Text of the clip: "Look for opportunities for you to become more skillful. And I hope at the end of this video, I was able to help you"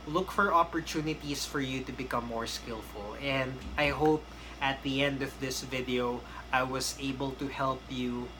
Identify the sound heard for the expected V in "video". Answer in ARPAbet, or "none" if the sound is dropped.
V